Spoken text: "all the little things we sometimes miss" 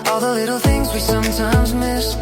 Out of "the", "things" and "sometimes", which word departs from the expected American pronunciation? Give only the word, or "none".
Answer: none